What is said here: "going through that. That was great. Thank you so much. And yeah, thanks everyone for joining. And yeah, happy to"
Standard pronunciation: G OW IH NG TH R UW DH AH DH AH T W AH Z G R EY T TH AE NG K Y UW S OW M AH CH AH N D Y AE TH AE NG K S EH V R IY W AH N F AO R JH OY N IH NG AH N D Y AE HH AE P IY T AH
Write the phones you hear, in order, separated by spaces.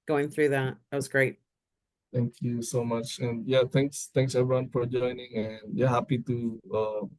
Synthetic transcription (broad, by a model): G OW IH NG TH R UW DH AH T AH T W AH Z G R EY T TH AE NG K Y UW S OW M AH CH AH N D Y AE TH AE NG K S EH V R IY W AH N F AO R JH OY N IH NG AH N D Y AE HH AE P IY T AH